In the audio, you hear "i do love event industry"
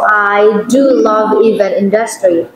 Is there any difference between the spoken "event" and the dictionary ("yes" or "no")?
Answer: yes